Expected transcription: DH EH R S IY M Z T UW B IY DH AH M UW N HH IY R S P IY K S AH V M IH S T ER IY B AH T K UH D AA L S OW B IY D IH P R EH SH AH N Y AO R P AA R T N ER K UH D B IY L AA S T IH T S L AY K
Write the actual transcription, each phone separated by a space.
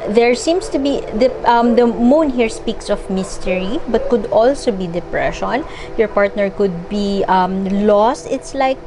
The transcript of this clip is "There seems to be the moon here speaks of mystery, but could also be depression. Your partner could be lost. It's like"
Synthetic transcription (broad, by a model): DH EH R S IY M S T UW B IY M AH M UW N HH IY R S P IY K S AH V M IH S T ER IY B AH T K UH D AA L S OW B IY D IH P R EH SH AH N Y AO R P AA R T N ER K UH D B IY L AA S T IH T S L AY K